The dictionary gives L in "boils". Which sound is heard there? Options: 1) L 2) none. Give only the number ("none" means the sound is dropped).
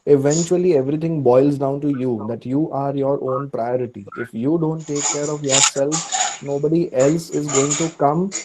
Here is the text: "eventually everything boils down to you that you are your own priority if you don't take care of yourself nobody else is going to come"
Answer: 1